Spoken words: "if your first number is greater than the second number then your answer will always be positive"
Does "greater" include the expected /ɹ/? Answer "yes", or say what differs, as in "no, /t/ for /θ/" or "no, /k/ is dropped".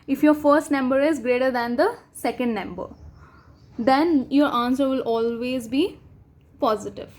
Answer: yes